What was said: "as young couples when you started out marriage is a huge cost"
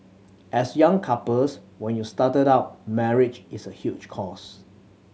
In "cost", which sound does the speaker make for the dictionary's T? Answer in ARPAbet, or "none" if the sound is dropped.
none